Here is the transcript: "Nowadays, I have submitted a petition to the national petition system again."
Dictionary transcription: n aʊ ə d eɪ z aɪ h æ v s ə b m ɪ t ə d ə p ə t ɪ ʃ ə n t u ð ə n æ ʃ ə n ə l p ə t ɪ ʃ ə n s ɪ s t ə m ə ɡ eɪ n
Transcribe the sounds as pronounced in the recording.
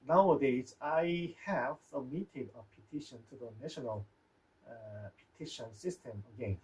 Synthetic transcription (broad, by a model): n aʊ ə d eɪ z aɪ h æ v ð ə m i t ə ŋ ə p ə t ɪ ʃ ə n t u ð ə n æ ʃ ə n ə l p ə t ɪ ʃ ə n s ɪ s t ə m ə ɡ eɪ n